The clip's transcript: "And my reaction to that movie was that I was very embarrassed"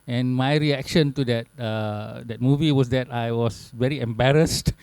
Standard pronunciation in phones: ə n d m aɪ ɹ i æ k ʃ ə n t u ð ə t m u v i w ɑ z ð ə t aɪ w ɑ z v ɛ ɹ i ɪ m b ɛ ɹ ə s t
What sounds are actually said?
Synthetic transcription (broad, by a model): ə n m aɪ ɹ i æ k ʃ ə n t u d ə t m u v i w ɑ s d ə t aɪ w ɑ s v ɛ ɹ i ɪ m b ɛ ɹ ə s t